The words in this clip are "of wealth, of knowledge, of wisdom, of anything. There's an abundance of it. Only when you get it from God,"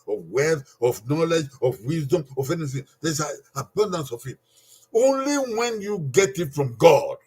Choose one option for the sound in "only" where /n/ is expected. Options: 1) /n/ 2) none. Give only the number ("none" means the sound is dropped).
1